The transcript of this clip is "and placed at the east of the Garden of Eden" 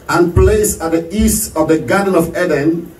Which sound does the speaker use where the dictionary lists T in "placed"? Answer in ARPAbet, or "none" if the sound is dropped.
none